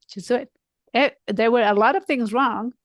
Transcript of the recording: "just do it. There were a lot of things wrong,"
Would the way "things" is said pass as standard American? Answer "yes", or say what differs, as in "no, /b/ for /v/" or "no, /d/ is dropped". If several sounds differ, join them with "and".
yes